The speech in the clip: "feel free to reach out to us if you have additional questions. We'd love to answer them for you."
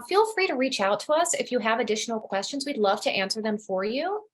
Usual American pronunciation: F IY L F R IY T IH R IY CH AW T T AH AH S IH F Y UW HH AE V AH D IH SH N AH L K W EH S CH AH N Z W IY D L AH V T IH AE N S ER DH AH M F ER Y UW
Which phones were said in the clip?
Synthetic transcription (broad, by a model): F IY L F R IY T IH R IY CH AW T T AH AH S IH F Y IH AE V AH D IH SH N L K W EH S CH AH N Z W IY D L AH V T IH AE N S ER DH AH M F ER Y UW